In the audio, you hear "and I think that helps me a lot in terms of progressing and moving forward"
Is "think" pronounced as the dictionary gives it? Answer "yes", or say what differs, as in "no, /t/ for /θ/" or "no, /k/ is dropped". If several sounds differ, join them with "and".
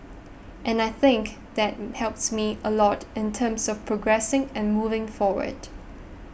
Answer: yes